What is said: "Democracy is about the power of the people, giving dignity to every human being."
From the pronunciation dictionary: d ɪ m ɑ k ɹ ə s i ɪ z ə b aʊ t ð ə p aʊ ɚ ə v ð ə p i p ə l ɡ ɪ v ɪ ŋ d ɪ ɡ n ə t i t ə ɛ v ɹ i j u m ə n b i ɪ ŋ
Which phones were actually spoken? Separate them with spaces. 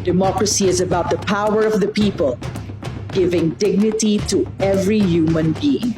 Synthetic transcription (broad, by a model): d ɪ m ɑ k ɹ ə s i ɪ z ə b aʊ t ð ə p aʊ ɚ ə v ð ə p i p ə l ɡ ɪ v ɪ ŋ d ɪ ɡ n ə t i t ə ɛ v ɹ i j u m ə n b i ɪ ŋ